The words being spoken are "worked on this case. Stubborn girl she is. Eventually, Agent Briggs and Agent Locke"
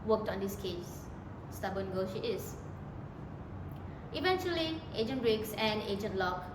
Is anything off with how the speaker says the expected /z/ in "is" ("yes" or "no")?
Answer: yes